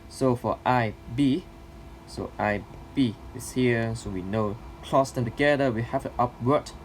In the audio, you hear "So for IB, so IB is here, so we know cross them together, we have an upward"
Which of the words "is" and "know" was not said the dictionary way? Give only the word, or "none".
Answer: is